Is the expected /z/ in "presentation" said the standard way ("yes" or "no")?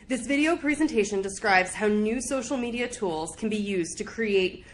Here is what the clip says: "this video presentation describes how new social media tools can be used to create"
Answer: yes